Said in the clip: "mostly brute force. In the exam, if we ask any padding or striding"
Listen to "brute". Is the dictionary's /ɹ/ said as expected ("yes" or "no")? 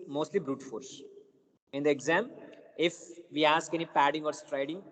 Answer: yes